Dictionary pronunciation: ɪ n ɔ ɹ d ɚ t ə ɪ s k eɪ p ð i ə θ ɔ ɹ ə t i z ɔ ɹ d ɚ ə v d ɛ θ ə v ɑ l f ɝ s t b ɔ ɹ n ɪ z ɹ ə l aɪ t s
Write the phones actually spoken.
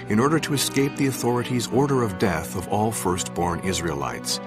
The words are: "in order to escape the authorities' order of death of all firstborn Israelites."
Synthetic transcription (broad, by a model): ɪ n ɔ ɹ d ɚ t ə ɪ s k eɪ p ð i ə θ ɔ ɹ ə t i z ɔ ɹ d ɚ ə v d ɛ θ ə v ɑ l f ɝ s t b ɔ ɹ n ɪ z ɹ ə l aɪ t s